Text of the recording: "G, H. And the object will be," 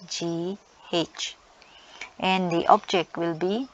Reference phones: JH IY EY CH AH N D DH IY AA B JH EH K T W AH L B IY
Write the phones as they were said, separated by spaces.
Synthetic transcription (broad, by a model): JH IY EY CH AH N D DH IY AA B JH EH K T W AH L B IY